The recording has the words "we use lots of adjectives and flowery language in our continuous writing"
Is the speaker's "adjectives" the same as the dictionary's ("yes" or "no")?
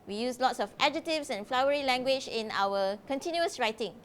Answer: no